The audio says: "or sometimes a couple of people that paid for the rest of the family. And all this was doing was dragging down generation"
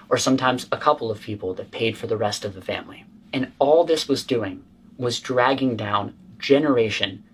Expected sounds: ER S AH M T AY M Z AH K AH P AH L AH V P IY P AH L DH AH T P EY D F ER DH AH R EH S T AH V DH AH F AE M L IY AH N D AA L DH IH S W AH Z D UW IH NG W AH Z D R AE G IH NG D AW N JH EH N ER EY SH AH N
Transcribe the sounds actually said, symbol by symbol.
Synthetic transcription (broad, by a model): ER S AH M T AY M Z AH K AH P L AH V P IY P L DH AH T P EY D F ER DH AH R EH S T AH V DH AH F AE M L IY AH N AA L DH IH S W AH Z D UW IH NG W AH Z D R AE G IH NG D AW N JH EH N ER EY SH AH N